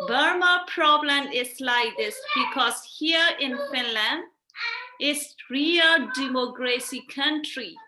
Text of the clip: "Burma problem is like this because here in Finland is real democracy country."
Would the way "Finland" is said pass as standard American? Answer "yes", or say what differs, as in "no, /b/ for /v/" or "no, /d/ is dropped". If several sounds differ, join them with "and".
yes